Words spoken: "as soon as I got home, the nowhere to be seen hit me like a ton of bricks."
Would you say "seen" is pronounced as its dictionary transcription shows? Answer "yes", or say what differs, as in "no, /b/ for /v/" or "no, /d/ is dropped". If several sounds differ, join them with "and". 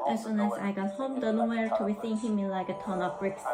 no, /θ/ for /s/